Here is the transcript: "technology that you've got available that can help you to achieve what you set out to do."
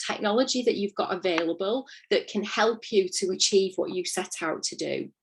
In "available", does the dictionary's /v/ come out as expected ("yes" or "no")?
yes